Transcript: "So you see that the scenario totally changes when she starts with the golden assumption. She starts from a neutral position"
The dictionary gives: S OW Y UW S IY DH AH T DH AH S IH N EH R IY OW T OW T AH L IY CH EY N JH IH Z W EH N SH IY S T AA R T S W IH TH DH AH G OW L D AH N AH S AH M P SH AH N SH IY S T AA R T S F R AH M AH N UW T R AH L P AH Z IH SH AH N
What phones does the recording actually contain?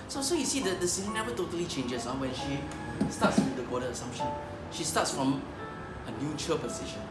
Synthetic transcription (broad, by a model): S OW Y UW S IY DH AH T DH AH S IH N EH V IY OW T OW T AH L IY CH EY N JH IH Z W EH N SH IY S T AA T S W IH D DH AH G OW D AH AH S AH M P SH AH N SH IY S T AA T S F R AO M AH N UW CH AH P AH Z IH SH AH N